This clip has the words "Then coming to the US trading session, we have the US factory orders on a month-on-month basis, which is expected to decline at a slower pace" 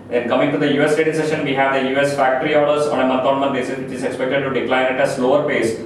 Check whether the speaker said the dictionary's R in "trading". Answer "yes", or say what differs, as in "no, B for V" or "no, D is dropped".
no, R is dropped